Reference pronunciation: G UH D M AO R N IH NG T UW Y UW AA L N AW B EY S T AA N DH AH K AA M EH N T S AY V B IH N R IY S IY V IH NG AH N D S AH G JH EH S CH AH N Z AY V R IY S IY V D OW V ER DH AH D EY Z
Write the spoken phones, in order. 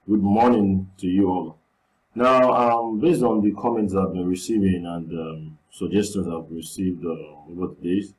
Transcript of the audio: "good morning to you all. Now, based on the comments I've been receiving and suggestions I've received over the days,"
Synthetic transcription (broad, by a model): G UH D M AO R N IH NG T UW Y UW AA L N AW B EY S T AA N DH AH K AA M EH N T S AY V B IH N R IY S IY V IH NG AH N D S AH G JH EH S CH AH N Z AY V R IY S IY V D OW V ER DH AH D EY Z